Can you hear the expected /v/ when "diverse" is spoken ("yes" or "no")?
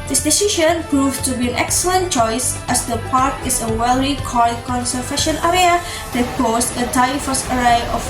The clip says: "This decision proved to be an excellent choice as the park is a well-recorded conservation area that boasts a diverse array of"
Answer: no